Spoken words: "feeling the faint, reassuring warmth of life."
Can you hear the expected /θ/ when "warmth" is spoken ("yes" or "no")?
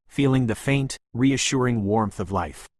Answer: yes